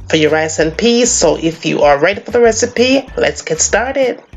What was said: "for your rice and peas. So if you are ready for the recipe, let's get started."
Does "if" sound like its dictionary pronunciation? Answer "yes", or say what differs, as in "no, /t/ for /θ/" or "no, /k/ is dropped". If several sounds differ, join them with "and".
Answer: yes